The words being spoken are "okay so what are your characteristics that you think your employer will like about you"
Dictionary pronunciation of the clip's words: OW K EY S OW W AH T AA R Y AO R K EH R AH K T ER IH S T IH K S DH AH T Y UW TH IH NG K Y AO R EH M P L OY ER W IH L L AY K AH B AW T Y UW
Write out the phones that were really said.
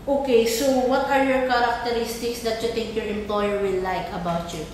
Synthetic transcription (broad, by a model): OW K EY S OW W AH T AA R Y AO R K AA R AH K T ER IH S T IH K S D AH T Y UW T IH NG K Y AO R EH M P L OY ER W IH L L AY K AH B AW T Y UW